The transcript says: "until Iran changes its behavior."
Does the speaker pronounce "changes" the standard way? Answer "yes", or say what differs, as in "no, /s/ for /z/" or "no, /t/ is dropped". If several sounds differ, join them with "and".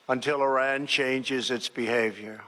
yes